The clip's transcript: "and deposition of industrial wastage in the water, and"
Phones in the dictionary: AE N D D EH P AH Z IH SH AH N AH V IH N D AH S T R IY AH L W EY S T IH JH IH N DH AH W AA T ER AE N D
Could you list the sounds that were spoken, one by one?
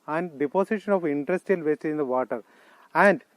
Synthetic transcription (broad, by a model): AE N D D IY P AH S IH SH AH N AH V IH N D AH S T IY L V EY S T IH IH N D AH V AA T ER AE N D